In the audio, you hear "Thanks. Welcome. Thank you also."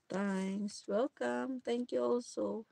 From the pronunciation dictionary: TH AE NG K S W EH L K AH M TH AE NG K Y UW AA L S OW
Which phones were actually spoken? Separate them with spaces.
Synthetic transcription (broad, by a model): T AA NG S W EH L K AH M T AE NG K Y UW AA L S OW